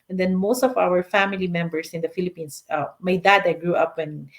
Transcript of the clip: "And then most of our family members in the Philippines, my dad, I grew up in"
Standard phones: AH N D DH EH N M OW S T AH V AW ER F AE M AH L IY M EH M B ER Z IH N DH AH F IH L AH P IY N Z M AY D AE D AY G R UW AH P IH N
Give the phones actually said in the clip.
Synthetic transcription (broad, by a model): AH N D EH N M OW S T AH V AW ER F AE M AH L IY M EH M B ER S IH N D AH F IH L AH P IY N S M AY D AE D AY G R UW AH P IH N